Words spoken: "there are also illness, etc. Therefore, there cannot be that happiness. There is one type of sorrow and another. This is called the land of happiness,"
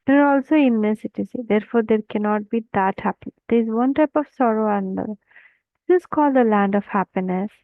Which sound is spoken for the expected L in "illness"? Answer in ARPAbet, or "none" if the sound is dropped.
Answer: none